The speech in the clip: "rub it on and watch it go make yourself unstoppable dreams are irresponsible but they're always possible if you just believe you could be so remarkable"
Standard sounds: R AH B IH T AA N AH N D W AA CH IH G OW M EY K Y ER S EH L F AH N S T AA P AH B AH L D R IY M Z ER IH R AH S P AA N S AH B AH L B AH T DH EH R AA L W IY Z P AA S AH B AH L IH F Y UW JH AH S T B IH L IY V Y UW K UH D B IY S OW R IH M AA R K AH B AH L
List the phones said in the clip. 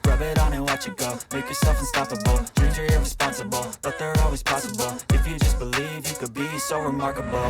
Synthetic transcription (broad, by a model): R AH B IH T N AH W AA CH IH G OW M EY K Y ER S EH L F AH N S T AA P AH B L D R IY Z ER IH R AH S P AA N S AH B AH L B AH T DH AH R AA L W IY Z P AA S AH B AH L IH F Y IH JH AH S B IH L IY V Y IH K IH D B IY S OW R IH M AA R K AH B L